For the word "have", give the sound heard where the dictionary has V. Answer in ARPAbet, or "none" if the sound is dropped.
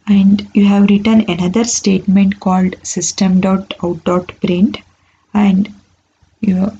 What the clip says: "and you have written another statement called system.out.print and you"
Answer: V